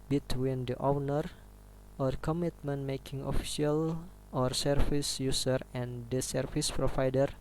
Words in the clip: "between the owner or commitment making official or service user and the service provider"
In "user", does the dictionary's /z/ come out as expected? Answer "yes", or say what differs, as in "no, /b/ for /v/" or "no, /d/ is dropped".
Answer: no, /s/ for /z/